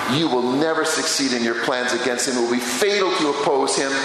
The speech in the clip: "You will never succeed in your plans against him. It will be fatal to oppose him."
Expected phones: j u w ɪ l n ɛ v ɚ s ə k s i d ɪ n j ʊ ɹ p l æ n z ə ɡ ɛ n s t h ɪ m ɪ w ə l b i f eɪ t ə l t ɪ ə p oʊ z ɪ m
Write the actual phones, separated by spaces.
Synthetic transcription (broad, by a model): j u w ɪ l n ɛ v ɚ s ə k s i d ɪ n j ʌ ɹ p l æ n z ə ɡ ɛ n s t h ɪ m ɪ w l b i f eɪ t l t ɪ ə p oʊ z ɪ m